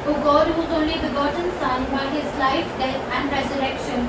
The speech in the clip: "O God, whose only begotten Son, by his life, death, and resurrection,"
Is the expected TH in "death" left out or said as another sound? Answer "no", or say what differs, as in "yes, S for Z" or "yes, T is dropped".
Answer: yes, T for TH